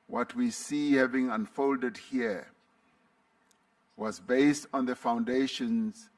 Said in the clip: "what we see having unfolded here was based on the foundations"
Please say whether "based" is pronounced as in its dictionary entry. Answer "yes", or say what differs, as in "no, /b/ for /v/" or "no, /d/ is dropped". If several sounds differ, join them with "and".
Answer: yes